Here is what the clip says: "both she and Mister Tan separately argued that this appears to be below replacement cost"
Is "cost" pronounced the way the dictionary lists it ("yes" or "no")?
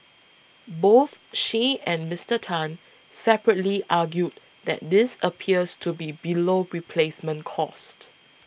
yes